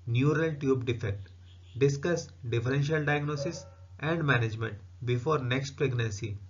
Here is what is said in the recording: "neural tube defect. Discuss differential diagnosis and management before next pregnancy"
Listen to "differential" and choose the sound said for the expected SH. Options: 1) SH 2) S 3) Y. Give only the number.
1